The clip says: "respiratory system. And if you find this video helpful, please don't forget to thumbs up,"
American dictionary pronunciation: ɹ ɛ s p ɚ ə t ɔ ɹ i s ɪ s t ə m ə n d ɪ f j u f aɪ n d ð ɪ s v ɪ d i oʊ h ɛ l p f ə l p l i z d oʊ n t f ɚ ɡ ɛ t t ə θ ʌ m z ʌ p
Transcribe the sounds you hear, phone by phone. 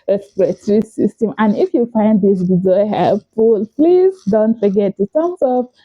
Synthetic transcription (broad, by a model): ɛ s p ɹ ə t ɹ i s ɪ s t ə m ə n ɪ f j u f aɪ n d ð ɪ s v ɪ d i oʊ h ɛ l p f ə l p l i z d oʊ n t f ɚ ɡ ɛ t t ə t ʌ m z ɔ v